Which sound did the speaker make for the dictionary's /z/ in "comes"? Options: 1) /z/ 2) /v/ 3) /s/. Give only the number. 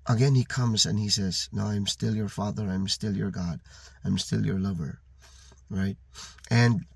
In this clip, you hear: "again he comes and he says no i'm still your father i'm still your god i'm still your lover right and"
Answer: 1